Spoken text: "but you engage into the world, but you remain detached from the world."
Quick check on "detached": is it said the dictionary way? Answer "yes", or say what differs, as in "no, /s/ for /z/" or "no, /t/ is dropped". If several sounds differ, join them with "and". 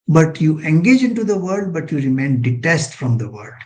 no, /s/ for /tʃ/